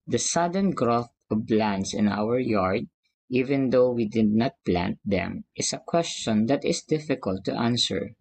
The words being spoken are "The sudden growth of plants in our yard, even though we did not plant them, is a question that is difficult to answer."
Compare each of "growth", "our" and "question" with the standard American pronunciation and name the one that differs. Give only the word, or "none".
none